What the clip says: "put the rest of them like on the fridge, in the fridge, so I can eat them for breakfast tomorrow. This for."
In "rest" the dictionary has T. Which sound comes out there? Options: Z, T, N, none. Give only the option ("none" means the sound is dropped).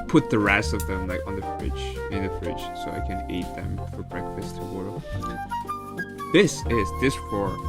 none